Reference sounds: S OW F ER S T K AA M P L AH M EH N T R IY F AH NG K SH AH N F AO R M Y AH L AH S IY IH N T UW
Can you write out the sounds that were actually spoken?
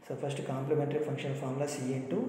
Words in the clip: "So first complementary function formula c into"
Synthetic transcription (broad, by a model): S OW P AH S T K AA M P L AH M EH N T R IY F AH NG K SH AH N P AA R M L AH S IY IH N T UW